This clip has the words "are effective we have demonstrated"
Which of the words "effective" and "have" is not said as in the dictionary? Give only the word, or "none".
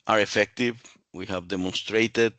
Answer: none